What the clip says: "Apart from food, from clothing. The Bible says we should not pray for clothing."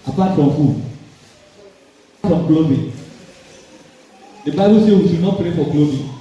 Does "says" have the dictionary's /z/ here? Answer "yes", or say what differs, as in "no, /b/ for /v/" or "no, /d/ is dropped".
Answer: no, /z/ is dropped